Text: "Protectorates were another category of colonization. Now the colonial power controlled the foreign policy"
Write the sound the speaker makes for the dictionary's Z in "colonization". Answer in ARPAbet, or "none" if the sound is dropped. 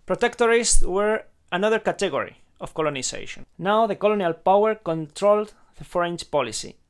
S